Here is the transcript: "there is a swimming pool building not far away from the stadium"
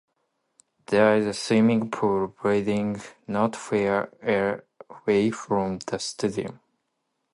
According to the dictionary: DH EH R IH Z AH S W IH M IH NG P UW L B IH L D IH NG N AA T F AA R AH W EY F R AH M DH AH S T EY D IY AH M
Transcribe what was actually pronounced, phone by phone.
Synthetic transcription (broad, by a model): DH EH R IH Z AH S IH M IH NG P UW L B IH D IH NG N AA T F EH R AH W EY F R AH M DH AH S T EY D IY AH M